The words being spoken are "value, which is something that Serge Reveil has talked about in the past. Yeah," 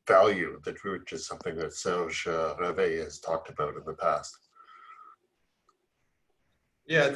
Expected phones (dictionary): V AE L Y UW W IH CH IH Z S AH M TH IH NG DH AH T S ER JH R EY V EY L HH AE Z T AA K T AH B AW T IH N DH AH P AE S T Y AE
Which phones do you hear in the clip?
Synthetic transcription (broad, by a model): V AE L Y UW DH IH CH IH Z S AH M TH IH NG DH AH T S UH ZH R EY V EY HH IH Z T AA K T AH B AW T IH N DH AH P AE S T Y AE